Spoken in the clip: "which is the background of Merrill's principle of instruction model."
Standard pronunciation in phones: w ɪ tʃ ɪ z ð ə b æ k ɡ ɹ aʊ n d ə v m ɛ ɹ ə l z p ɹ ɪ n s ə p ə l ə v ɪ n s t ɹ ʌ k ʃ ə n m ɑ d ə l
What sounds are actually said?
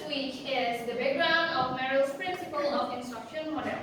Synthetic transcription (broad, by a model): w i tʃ ɪ z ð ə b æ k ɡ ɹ aʊ n d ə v m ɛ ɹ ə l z p ɹ ɪ n s ə p ə l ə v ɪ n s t ʌ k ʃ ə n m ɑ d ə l